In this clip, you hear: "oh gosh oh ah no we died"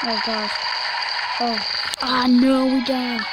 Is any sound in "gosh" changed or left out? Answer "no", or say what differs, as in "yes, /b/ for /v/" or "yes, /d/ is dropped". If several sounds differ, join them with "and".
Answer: yes, /s/ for /ʃ/